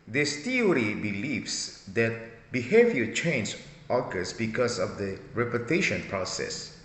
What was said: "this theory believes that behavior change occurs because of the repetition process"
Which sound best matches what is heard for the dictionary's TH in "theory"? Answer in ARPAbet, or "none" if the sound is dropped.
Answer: T